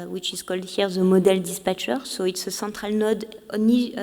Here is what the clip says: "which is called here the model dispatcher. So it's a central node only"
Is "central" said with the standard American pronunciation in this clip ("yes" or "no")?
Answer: no